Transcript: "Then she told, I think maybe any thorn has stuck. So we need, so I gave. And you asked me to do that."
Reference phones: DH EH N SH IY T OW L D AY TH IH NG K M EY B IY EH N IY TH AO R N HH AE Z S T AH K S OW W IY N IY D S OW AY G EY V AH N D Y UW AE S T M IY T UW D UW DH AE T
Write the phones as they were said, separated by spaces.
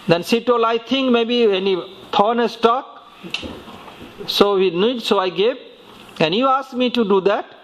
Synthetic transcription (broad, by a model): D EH N S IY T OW L AY T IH NG K M EY B IY EH N IY T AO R N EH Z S T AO K S OW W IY N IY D S OW AY G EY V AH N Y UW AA S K M IY T UW D UW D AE T